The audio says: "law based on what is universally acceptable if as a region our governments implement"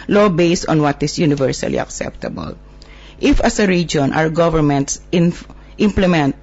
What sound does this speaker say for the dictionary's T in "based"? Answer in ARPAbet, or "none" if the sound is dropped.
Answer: T